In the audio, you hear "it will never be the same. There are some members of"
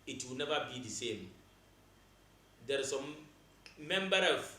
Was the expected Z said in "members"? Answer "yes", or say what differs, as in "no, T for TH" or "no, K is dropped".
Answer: no, Z is dropped